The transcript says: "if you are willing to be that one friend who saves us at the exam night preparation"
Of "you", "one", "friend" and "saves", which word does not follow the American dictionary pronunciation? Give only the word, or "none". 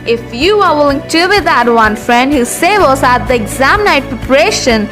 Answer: saves